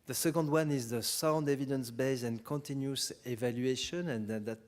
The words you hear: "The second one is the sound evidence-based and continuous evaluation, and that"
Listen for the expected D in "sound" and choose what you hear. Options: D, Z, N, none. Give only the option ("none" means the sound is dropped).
D